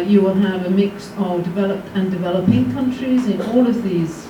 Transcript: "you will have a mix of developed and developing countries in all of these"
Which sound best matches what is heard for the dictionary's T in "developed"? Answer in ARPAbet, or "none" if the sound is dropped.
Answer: T